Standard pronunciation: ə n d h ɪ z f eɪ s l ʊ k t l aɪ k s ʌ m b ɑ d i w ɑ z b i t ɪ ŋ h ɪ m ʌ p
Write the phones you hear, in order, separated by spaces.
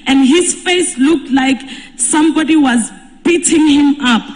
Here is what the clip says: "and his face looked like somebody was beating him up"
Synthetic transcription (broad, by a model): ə n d h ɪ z f eɪ s l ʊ k t l aɪ k s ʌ m b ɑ d i w ɑ z b i t ɪ ŋ h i m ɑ p